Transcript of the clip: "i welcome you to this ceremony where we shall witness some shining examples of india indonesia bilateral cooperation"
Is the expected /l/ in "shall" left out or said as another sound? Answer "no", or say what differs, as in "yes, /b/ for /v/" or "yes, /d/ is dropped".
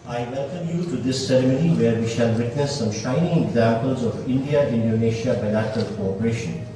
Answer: no